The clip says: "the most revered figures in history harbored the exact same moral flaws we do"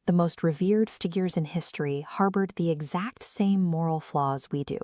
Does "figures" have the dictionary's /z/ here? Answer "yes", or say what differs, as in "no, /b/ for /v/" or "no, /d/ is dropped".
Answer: yes